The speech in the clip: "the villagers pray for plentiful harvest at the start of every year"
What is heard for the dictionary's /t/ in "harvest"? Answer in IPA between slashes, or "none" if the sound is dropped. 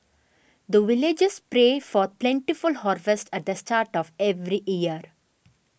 /t/